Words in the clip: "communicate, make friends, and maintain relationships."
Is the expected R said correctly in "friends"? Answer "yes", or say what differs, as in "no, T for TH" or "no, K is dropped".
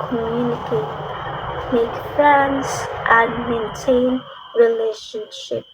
no, R is dropped